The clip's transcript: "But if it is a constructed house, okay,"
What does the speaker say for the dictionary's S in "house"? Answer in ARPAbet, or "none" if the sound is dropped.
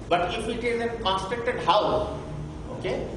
none